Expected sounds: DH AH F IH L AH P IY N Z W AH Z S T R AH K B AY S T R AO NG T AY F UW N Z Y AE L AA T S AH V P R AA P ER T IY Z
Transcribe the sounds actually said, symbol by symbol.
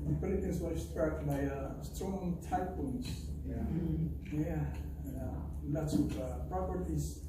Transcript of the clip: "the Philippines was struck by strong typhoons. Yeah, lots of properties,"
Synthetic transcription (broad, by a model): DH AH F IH L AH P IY N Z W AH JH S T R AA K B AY S T R AO NG T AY P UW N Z Y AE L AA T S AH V P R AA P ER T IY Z